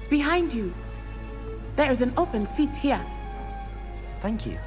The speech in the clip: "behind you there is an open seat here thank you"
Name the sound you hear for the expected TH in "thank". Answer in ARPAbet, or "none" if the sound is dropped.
TH